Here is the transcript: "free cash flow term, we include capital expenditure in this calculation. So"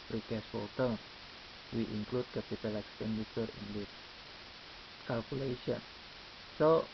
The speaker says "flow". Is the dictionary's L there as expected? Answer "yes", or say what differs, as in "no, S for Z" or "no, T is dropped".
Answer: no, L is dropped